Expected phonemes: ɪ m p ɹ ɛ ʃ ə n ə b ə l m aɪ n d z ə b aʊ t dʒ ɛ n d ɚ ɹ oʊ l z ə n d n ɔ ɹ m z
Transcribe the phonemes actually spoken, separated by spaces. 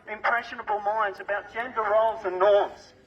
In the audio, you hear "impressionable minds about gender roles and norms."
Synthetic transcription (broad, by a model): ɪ m p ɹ ɛ ʃ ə n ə b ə l m aɪ n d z ə b aʊ t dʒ ɛ n d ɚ ɹ oʊ l z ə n n ɔ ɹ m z